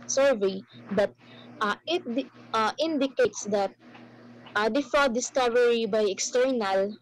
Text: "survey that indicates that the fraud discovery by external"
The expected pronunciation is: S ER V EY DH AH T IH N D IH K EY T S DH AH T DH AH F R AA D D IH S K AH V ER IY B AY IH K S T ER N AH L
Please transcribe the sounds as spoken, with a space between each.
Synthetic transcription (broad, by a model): S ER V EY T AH T IH N D IH K EY T S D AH T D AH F AA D D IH S K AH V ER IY B AY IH K S T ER N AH L